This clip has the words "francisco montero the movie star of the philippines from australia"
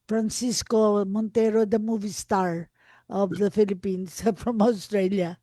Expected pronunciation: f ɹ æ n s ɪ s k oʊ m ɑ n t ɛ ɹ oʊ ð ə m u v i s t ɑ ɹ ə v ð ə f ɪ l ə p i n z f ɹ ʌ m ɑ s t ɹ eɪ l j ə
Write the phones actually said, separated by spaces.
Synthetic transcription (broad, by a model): f ɹ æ n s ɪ s k oʊ m ɑ n t ɛ ɹ oʊ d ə m u v i s t ɑ ɹ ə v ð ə f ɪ l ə p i n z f ɹ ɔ m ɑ s t ɹ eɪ l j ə